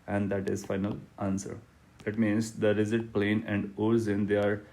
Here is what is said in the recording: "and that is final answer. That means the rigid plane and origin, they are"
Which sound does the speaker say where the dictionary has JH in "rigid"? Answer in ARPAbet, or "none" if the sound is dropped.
Z